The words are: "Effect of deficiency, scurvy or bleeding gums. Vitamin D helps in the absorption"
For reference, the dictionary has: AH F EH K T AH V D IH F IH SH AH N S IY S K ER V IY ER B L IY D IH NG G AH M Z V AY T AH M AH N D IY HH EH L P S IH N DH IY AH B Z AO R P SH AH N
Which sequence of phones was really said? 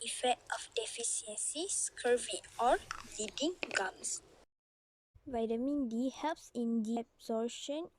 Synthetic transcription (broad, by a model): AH F EH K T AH F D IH F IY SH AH N S IY S K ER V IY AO L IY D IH NG G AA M S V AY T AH M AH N D IY HH EH L P S IH N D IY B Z AO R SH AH N